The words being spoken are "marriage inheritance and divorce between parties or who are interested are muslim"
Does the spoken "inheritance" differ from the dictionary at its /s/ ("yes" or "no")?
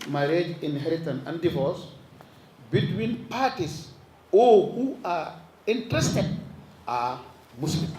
yes